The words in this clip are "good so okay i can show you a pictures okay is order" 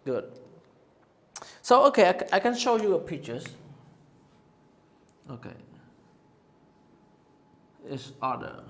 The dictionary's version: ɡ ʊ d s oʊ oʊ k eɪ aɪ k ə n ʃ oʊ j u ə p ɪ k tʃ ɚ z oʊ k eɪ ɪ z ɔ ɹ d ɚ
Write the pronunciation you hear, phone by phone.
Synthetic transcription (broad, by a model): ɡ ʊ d s oʊ oʊ k eɪ aɪ k ə n ʃ oʊ j u ə p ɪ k tʃ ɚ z oʊ k eɪ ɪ s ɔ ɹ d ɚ